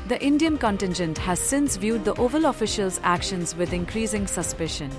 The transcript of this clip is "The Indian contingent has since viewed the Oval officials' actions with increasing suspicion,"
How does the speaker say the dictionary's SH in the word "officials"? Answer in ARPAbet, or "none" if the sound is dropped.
SH